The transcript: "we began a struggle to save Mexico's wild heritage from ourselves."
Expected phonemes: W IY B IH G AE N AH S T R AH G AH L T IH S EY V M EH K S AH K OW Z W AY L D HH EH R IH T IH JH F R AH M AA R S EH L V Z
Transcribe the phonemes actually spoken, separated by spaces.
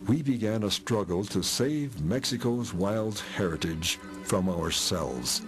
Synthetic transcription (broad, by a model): W IY B IH G AE N AH S T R AH G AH L T IH S EY V M EH K S AH K OW Z W AY L D HH EH R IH T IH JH F R AH M AA R S EH L V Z